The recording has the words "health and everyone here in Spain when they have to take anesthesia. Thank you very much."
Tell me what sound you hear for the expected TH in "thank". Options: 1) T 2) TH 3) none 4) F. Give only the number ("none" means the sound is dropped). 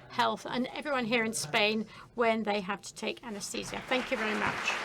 2